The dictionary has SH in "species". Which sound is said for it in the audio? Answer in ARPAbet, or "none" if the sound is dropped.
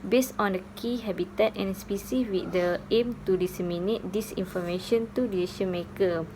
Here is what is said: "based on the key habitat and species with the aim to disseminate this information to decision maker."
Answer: S